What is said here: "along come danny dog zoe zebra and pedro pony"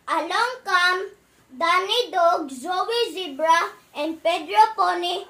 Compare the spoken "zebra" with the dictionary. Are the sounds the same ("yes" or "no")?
yes